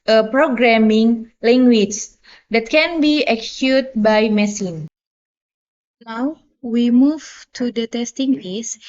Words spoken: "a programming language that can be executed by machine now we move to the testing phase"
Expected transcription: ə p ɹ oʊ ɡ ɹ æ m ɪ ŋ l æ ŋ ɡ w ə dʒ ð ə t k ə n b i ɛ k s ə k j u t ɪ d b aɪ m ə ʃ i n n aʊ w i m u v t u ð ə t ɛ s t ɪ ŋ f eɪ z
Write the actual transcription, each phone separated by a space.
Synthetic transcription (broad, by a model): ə p ɹ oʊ ɡ ɹ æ m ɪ ŋ l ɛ ŋ ɡ w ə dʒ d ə t k ə n b i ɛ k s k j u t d b aɪ m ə s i n n aʊ w i m u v t u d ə t ɛ s t ɪ ŋ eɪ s